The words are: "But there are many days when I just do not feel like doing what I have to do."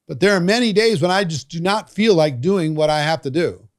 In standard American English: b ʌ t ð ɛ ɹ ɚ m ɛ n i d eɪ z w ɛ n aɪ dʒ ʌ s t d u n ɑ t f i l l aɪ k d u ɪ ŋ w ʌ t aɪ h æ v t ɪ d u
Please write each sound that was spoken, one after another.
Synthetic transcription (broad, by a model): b ʌ t ð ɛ ɹ m ɛ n i d eɪ z w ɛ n aɪ dʒ ʌ s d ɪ n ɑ t f i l l aɪ k d u ɪ ŋ w ʌ t aɪ h æ f t ɪ d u